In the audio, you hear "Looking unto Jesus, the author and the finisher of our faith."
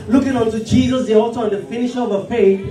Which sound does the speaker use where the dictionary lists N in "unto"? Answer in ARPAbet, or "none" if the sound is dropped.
N